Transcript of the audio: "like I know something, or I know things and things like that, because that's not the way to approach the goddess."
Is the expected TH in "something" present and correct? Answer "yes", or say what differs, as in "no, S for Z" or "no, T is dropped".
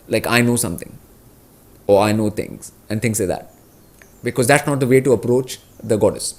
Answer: no, T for TH